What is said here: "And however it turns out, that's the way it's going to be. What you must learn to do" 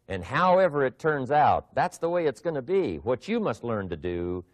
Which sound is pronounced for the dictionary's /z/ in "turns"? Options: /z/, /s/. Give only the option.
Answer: /z/